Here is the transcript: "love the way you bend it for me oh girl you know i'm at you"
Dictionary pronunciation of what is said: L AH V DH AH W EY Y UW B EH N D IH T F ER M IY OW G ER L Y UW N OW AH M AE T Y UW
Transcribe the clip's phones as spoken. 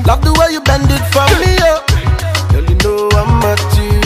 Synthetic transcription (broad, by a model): L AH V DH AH W EY Y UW B EH N D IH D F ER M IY OW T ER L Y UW N OW AH M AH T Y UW